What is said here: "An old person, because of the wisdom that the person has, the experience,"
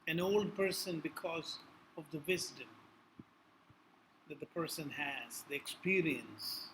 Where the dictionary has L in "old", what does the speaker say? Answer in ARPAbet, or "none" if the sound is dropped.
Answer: L